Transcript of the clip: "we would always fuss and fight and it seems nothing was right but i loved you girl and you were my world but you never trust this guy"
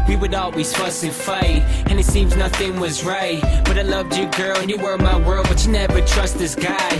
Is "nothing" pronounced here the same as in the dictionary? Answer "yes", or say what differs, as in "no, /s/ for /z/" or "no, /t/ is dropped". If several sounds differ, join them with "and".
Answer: yes